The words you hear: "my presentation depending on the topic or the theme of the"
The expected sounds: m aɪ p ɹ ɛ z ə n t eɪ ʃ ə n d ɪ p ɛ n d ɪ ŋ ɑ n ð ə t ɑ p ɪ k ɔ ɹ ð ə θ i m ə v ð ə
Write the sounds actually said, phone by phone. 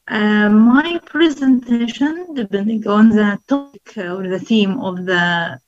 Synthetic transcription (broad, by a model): m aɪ p ɹ ɛ z ə n t eɪ ʃ ə n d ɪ b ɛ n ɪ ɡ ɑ n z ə t ɑ p ɪ k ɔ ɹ ð ə θ i m ə v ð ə